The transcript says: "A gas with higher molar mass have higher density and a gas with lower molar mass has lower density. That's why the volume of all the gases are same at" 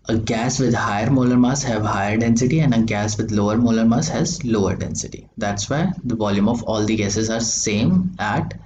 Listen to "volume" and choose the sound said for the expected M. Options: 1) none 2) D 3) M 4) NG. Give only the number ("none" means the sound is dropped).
3